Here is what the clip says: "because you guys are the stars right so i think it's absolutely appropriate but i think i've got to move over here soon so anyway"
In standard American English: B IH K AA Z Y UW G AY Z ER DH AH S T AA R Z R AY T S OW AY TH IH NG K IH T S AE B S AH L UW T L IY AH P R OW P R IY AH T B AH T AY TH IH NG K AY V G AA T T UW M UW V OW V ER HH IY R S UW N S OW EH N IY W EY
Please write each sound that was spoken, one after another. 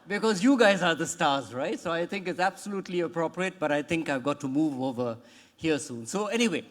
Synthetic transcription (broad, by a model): B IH K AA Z Y UW G AY Z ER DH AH S T AA R Z R AY T S OW AY T IH NG K IH T S AE B S AH L UW T L IY AH P R OW P R IY AH T B AH T AY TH IH NG K AY V G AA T T UW M UW V OW V ER HH IY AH S UW N S OW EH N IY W EY